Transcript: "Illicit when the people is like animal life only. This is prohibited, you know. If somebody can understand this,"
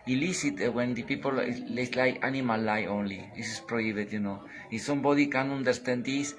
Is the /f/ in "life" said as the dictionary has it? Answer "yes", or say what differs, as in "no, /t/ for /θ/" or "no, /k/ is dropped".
no, /f/ is dropped